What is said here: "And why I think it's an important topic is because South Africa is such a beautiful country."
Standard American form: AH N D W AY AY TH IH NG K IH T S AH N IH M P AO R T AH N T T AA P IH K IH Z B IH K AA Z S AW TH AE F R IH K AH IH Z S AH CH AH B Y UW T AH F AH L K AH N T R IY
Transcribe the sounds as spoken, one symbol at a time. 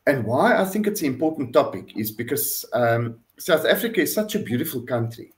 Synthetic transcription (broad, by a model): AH N D W AY AY TH IH NG K IH T S AH N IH M P AO T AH N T T AA P IH K IH Z B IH K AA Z S AW TH AE F R IH K AH IH Z S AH CH AH B Y UW T AH F AH L K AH N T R IY